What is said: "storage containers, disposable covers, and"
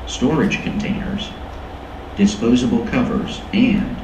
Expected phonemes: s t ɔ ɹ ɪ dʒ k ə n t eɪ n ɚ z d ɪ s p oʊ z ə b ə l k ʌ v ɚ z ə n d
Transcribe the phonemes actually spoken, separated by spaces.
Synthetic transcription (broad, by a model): s t ɔ ɹ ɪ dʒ k ə n t eɪ n ɚ z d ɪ s p oʊ z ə b l k ʌ v ɚ z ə n